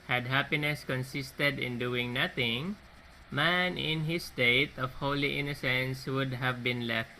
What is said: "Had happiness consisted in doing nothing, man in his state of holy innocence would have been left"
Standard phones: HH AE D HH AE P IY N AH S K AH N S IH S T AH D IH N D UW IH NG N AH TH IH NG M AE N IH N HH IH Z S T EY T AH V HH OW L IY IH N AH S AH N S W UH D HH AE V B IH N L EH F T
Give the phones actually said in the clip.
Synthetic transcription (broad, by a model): HH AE D HH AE P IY N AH S K AH N S IH S T AH D IH N D UW IH NG N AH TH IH NG M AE N IH N HH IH S T EY T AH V HH OW L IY IH N AH S AH N S W UH D HH AE V B IH N L EH F T